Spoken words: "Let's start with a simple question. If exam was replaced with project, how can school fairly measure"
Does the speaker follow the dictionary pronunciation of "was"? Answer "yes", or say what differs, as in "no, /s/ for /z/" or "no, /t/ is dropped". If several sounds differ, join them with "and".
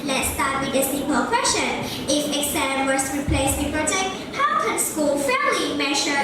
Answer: no, /s/ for /z/